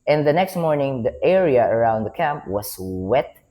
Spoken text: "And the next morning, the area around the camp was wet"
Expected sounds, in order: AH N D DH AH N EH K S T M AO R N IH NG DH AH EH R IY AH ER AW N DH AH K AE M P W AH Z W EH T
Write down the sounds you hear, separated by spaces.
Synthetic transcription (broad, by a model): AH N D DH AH N EH K S T M AO R N IH NG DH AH EH R IY AH ER AW N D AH K AE M P W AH S W EH T